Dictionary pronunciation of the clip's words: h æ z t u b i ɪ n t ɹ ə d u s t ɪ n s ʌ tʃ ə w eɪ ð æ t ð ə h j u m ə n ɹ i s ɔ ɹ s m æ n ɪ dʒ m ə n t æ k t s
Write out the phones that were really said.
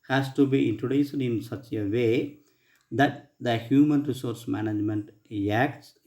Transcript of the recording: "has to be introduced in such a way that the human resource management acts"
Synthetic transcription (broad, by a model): h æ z t u b i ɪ n t ɹ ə d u s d ɪ n s ʌ tʃ ə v eɪ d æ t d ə h j u m ə n ɹ i s ɔ ɹ s m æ n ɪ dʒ m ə n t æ k t s